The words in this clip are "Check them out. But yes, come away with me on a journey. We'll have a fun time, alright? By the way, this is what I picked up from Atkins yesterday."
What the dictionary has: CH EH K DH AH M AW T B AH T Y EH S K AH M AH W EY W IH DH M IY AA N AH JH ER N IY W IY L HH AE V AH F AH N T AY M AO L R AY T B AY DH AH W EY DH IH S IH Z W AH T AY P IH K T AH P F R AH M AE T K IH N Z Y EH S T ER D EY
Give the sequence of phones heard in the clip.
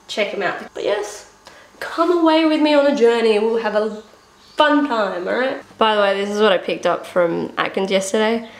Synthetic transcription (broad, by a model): CH EH K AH M AW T B AH T Y EH S K AH M AH W EY W IH DH M IY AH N AH JH ER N IY W IY L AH V AH F AH N T AY M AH R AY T B AY DH AH W EY DH IH S IH Z W AH T AY P IH K T AH P F R AH M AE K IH N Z Y EH S T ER D EY